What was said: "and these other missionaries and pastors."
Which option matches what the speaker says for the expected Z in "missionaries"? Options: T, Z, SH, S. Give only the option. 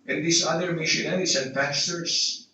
S